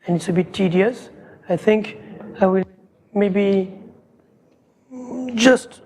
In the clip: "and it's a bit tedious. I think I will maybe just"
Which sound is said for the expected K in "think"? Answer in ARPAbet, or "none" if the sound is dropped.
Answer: K